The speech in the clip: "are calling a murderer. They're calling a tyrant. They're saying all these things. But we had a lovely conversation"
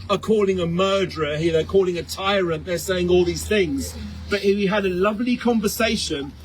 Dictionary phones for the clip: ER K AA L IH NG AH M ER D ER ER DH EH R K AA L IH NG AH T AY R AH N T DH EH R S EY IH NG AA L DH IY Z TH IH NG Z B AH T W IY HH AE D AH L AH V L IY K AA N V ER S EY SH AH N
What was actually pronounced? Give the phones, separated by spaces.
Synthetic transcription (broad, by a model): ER K AA L IH NG AH M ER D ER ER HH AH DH K AA L IH NG AH T AY R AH N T DH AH R S EY IH NG AA L DH IY Z TH IH NG Z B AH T W IY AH D AH L AH V L IY K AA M V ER S EY SH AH N